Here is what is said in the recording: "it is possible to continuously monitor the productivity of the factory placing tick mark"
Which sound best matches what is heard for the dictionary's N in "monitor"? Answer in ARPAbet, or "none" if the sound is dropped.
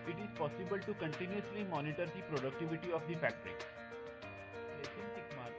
N